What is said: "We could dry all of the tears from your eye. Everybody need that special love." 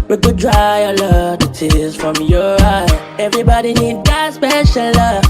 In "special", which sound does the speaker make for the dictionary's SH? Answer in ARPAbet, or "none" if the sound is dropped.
SH